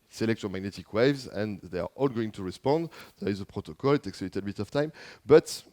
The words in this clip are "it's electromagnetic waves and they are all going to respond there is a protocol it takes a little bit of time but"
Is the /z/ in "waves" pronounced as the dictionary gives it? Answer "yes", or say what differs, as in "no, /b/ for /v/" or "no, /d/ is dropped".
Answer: yes